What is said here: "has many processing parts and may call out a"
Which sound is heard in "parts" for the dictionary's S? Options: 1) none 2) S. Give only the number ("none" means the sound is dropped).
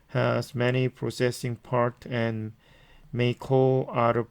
1